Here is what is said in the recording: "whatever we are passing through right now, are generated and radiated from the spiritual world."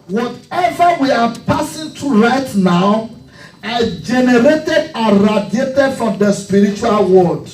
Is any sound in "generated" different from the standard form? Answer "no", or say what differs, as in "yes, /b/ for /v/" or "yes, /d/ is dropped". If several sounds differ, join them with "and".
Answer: no